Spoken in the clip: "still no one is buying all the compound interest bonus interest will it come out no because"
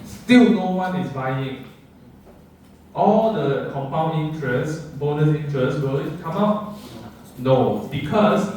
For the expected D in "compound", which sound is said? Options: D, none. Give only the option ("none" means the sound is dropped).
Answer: none